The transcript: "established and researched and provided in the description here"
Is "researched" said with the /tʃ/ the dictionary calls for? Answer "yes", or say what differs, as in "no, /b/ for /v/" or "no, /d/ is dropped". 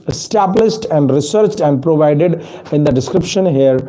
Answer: yes